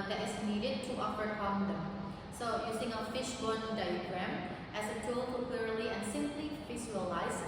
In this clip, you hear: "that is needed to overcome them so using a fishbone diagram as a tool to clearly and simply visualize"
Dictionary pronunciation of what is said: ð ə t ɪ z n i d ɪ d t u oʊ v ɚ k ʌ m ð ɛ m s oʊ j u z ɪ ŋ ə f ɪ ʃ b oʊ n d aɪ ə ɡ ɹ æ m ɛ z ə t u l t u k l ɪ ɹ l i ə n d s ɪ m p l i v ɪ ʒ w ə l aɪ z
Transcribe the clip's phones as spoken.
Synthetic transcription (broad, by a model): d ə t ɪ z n i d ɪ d t u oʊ f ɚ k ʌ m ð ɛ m s oʊ j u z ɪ ŋ ə f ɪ ʃ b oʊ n d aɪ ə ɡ ɹ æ m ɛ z ə t u l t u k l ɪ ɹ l i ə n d s ɪ m p l i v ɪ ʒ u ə l aɪ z